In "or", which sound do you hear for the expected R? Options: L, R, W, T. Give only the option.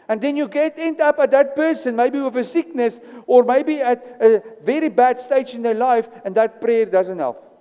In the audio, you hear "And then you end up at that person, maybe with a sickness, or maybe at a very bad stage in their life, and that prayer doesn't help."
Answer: R